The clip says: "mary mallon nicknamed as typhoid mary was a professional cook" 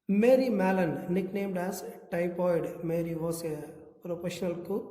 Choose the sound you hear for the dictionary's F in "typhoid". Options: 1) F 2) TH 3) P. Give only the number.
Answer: 3